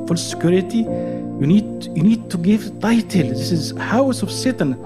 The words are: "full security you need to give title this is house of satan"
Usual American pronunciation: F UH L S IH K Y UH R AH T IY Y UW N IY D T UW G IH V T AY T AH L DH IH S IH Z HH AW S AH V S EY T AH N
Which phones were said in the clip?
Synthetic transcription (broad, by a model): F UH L S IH K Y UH R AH T IY Y UW N IY D T UW G IH V T AY T AH L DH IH S IH Z HH AW S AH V S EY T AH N